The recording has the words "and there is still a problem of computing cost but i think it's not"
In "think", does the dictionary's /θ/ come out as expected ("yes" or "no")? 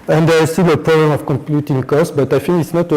no